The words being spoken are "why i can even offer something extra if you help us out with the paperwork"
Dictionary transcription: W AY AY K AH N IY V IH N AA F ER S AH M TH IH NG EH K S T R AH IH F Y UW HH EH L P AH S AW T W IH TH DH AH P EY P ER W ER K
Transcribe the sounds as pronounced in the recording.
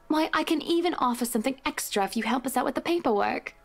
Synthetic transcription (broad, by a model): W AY AY K AH N IY V IH N AA F ER S AH M TH IH NG EH K S T R AH IH F Y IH HH EH L P AH S AW T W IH DH AH P EY P ER W ER K